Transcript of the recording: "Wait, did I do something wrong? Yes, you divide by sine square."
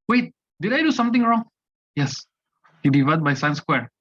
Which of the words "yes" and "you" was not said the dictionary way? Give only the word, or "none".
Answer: none